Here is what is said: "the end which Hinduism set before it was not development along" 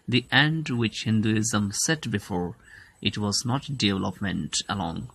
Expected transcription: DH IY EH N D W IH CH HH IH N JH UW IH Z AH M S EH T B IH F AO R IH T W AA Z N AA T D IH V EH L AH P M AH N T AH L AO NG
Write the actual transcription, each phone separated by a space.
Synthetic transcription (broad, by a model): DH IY EH N D W IH CH HH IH N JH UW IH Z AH M S EH T B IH F AO R IH T W AA Z N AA T D IH V EH L AH P M AH N T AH L AO NG